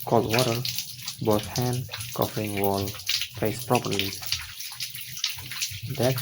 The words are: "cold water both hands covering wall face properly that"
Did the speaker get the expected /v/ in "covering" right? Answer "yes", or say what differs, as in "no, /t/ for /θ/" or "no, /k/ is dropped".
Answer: no, /f/ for /v/